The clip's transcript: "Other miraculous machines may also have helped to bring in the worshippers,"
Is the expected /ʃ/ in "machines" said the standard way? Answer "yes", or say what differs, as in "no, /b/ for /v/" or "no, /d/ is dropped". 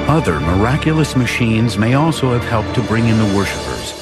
yes